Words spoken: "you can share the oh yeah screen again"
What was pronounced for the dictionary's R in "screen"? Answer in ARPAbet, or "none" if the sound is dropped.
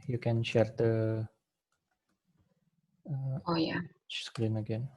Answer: L